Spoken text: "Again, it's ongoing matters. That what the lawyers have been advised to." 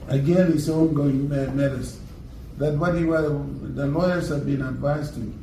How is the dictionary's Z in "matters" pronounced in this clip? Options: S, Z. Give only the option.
S